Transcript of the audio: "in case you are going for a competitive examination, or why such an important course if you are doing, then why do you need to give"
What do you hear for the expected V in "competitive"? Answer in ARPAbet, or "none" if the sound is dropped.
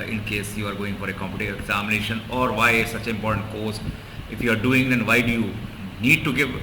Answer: none